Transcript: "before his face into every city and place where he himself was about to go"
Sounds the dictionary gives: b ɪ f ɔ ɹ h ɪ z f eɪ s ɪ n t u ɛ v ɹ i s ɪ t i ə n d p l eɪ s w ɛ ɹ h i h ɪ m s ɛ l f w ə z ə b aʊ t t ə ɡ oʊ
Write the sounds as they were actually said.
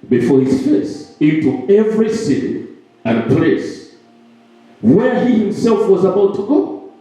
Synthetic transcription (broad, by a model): b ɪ f ɔ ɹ h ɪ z f eɪ s ɪ n t u ɛ v ɹ i s ɪ t i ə n p l eɪ s w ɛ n h i h ɪ m s ɛ l f w ə z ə b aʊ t t ə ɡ oʊ